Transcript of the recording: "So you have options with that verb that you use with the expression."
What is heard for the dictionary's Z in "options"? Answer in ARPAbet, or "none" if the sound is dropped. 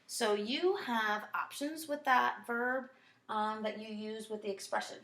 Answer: Z